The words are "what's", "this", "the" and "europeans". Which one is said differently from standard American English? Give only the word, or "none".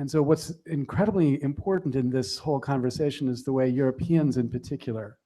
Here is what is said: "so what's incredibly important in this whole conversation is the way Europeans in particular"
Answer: none